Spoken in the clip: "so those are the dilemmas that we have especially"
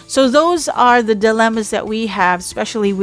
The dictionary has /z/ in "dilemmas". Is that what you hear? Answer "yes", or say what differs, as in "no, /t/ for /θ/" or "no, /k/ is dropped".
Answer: yes